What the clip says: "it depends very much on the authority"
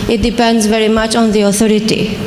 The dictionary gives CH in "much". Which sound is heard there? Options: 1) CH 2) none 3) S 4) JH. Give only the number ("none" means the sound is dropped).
1